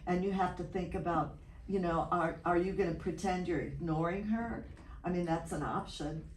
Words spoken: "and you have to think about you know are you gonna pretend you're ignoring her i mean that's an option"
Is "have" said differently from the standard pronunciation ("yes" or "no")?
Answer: yes